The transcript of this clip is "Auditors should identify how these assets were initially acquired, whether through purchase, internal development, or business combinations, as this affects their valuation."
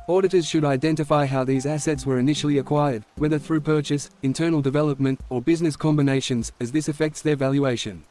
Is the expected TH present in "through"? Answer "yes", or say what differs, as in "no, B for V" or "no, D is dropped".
yes